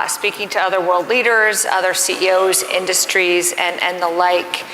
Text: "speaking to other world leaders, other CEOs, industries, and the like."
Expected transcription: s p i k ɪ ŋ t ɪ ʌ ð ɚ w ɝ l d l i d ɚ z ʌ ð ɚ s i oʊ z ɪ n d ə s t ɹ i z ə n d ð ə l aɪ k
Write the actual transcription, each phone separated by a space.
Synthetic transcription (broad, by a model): s p i k ɪ ŋ t ɪ ʌ ð ɚ w ɝ l d l i d ɚ z ʌ ð ɚ s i oʊ z ɪ n d ə s t ɹ i z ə n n ð ə l aɪ k